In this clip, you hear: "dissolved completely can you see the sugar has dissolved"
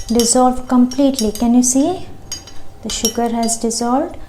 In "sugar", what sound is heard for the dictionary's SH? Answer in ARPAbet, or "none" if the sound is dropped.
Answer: SH